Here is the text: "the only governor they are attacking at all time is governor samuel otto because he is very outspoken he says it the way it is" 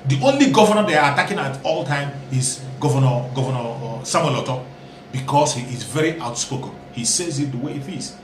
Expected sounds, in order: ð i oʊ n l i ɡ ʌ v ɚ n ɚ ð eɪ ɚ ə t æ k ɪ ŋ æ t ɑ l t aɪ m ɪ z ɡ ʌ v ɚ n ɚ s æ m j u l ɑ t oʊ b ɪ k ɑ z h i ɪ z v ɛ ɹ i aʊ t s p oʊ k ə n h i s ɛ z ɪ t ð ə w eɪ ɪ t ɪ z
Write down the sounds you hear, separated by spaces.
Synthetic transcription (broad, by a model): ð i oʊ n l i ɡ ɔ v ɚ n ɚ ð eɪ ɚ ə t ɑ k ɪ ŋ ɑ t ɑ l t aɪ m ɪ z ɡ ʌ v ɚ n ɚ s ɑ m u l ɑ t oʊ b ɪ k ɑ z h i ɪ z v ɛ ɹ i aʊ t s p oʊ k ə n h i s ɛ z ɪ t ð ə w eɪ ɪ t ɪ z